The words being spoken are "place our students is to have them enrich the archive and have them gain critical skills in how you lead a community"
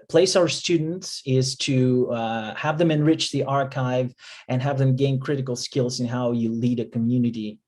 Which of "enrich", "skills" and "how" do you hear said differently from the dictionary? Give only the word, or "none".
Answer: none